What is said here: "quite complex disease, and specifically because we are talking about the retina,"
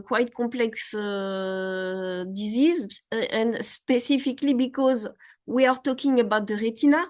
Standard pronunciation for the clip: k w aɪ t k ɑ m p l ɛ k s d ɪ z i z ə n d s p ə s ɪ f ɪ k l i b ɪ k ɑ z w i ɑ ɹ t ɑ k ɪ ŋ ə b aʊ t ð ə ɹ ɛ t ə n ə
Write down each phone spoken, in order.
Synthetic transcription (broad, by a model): k w aɪ t k ɑ p l ɛ k s d ɪ z i z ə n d s p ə s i f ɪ k l i b ɪ k ɑ z w i ɑ ɹ t ɑ k ɪ ŋ ə b aʊ t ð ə ɹ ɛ t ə n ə